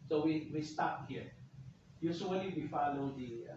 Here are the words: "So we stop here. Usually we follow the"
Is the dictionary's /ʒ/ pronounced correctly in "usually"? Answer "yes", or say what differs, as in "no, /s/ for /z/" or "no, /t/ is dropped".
no, /s/ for /ʒ/